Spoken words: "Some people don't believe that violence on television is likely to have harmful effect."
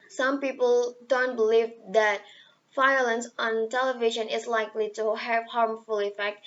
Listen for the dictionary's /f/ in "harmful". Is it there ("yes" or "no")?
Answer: yes